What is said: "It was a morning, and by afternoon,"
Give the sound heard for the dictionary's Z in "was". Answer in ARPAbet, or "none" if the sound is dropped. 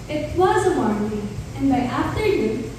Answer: Z